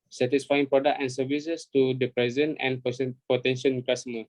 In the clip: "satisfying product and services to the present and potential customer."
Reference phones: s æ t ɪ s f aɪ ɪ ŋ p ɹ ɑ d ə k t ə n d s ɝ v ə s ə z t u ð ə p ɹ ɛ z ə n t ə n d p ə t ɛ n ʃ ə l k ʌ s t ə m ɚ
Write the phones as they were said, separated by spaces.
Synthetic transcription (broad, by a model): s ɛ t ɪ s f aɪ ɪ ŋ p ɹ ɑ d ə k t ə n s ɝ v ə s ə s t u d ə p ɹ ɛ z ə n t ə n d p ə t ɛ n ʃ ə n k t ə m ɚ